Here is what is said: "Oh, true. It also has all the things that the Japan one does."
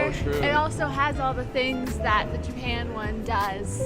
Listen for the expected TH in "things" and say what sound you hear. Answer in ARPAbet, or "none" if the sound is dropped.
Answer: TH